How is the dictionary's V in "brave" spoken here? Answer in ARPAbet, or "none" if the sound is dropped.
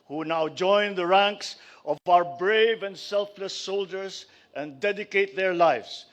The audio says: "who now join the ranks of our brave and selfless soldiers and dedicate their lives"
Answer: V